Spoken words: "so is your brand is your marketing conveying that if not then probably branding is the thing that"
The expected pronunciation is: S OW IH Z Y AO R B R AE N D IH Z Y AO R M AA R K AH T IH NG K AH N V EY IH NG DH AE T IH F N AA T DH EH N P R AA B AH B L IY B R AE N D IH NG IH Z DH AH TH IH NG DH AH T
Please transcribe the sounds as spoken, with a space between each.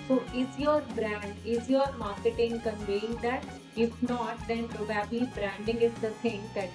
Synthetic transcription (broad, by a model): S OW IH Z Y AO R B R AE N D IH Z Y AO R M AA R K AH T IH NG K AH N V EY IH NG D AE T IH F N AA T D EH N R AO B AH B IY B R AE N D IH NG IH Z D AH S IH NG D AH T